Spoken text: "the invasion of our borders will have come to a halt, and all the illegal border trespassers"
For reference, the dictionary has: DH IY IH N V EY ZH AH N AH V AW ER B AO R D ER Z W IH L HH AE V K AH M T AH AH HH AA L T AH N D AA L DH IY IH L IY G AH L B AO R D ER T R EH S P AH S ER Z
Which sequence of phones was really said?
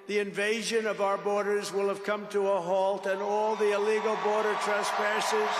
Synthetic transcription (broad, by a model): DH IY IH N V EY ZH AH N AH V AW ER B AO R D ER Z W IH L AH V K AH M T AH AH HH AA L T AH N AA L DH IY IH L IY G L B AO R D ER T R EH S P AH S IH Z